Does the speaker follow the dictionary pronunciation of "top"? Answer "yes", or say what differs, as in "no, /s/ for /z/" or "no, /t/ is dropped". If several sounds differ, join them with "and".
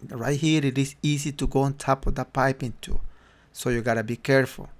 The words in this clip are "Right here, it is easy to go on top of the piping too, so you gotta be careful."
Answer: yes